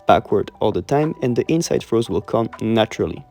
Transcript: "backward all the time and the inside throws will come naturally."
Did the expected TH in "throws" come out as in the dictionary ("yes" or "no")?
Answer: no